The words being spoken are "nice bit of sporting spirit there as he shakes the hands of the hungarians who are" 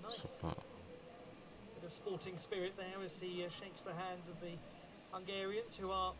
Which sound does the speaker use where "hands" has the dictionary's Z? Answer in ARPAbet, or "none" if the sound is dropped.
Z